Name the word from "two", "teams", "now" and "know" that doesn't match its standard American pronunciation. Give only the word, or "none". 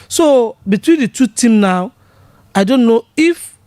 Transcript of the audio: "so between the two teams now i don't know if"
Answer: teams